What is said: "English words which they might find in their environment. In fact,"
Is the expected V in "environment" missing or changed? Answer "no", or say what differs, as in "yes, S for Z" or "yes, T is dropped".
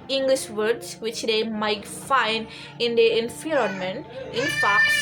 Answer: yes, F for V